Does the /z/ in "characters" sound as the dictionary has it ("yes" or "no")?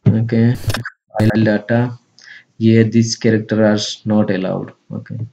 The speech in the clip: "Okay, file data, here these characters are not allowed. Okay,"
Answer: no